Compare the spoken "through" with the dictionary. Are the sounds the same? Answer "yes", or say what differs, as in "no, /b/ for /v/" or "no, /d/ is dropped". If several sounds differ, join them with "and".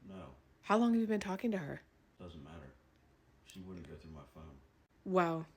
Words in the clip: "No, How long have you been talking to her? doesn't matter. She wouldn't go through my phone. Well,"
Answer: yes